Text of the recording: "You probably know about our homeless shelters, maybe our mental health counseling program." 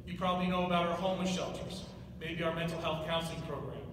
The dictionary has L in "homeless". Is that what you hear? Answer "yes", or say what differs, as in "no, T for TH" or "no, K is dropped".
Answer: no, L is dropped